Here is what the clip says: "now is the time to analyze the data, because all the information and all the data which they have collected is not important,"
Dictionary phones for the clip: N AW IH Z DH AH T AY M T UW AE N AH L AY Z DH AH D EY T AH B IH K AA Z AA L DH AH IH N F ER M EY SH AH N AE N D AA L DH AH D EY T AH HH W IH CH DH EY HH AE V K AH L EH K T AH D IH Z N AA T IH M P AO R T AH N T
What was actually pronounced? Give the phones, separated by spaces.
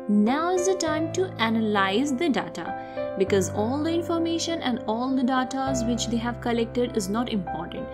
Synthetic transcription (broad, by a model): N AW IH Z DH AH T AY M T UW AE N AH L AY Z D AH D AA T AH B IH K AA Z AA L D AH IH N F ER M EY SH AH N AE N D AA L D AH D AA T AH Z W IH CH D EY HH AE V K AH L EH K T AH D IH Z N AA T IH M P AO R T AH N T